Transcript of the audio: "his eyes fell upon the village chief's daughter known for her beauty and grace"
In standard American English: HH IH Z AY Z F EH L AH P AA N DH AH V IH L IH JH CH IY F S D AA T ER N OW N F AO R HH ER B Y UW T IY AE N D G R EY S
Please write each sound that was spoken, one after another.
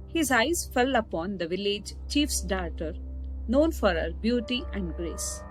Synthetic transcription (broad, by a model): HH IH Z AY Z F EH L AH P AA N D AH V IH L IH JH CH IY F S D AA T ER N OW N F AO R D B Y UW T IY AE N D G R EY S